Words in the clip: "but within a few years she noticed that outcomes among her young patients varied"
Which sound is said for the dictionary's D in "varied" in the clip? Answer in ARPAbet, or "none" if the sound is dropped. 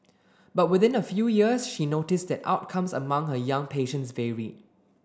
none